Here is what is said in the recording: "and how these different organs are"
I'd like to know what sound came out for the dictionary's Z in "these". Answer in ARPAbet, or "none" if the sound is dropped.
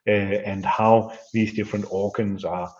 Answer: Z